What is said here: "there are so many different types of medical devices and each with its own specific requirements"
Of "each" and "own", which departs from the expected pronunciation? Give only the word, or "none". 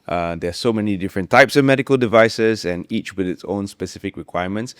none